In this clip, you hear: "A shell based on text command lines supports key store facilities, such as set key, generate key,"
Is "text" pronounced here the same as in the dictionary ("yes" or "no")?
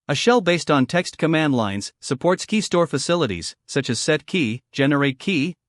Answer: yes